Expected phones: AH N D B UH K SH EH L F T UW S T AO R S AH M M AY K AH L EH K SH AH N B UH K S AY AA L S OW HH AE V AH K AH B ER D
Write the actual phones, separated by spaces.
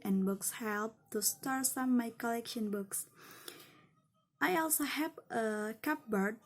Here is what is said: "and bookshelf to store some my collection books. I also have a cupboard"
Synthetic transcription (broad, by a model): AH N B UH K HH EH L P T UW S T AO R S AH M M AY K AH L EH K SH AH N B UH K S AY AA L S OW HH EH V AH K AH B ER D